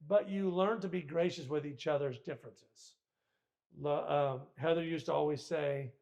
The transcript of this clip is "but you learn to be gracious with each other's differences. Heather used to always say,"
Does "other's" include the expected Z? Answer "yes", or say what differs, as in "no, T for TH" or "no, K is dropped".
yes